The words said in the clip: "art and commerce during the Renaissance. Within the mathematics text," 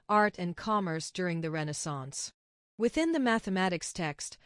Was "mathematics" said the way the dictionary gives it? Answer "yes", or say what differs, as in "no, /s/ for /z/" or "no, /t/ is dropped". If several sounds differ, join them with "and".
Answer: yes